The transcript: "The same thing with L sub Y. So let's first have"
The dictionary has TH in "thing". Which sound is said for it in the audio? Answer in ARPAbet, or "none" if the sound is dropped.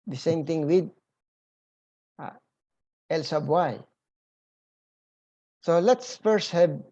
T